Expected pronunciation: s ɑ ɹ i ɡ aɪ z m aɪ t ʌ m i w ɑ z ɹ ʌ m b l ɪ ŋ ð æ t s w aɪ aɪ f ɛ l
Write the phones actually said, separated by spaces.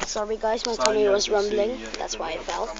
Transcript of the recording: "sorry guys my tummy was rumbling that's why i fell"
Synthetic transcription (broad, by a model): s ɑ ɹ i ɡ aɪ z m aɪ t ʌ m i w ɑ z ɹ ʌ m b l ɪ ŋ ð æ t s w aɪ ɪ f ɛ l